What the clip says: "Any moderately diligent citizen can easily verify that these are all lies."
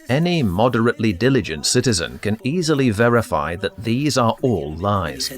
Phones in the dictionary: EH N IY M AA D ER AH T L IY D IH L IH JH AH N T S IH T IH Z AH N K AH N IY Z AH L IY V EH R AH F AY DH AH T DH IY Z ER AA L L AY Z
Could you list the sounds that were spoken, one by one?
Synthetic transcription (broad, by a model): EH N IY M AA D ER AH T L IY D IH L IH JH AH N T S IH T IH Z AH N K AH N IY Z AH L IY V EH R AH F AY DH AH T DH IY Z ER AA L L AY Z